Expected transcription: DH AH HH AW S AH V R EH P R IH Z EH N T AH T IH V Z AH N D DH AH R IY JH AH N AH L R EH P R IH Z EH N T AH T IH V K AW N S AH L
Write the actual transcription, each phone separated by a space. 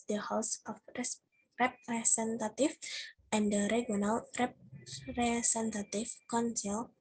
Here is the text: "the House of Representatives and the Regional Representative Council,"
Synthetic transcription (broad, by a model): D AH HH AW S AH F R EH P R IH S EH N T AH T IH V AH N D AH R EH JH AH N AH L R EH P R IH S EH N T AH T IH F K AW N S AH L